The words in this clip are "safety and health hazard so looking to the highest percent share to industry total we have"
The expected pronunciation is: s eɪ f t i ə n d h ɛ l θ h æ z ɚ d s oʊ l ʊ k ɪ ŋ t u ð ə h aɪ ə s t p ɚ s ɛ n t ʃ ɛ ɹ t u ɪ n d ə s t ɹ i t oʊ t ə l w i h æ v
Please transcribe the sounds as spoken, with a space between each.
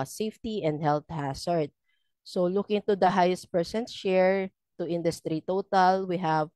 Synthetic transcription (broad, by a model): s eɪ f t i ə n d h ɛ l t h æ s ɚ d s oʊ l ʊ k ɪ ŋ t u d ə h aɪ ə s t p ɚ s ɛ n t ʃ ɛ ɹ t u ɪ n d ə s t ɹ i t oʊ t ə l w i h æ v